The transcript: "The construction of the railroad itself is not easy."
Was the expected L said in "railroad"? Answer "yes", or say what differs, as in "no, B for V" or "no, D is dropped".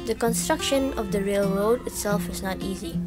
yes